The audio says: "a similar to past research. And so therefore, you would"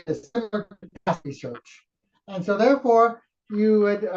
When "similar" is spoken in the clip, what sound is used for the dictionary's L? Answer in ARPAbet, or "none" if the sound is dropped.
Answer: N